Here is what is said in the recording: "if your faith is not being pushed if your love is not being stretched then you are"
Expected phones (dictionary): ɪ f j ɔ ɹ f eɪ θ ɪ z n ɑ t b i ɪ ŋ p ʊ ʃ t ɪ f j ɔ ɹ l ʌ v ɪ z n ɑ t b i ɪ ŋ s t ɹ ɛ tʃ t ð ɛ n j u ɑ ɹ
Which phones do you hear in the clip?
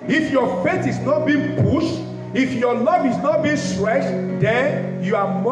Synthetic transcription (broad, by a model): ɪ f j ɔ f eɪ t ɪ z n ɑ t b i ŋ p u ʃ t ɪ f j ɔ l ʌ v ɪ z n ɑ t b i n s t ɹ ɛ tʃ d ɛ n j u ɑ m